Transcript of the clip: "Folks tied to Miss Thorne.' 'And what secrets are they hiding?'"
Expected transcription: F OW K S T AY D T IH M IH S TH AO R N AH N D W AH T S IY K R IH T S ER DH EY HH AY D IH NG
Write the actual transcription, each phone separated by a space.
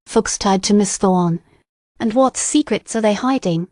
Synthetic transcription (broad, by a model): F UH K S T AY D T IH M IH S TH AO R N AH N W AH T S IY K R IH T S ER DH EY HH AY D IH NG